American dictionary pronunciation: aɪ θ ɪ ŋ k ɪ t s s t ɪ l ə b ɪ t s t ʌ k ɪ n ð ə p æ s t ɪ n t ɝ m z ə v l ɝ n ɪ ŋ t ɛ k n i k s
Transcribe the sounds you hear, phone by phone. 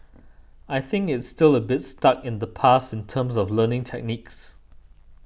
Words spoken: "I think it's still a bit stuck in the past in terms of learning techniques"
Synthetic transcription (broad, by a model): aɪ θ ɪ ŋ k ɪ t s s t ɪ l ə b ɪ t s t ʌ k ɪ n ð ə p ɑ s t ɪ n t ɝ m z ə v l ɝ n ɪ ŋ t ɛ k n i k s